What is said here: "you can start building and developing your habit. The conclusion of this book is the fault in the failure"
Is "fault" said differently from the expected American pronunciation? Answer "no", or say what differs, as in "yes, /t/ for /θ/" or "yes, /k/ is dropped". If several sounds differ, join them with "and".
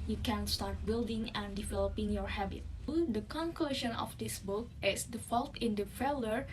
no